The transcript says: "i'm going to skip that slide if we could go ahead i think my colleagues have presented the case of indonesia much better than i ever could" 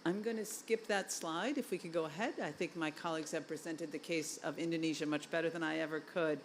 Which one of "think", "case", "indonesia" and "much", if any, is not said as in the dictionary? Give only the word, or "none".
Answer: none